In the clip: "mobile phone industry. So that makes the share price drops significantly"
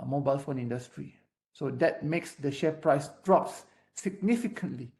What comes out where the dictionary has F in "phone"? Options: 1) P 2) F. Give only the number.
2